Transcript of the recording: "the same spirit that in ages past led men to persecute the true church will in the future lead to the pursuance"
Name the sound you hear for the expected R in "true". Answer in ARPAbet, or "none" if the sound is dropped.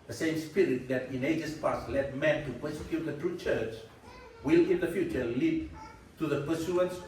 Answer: R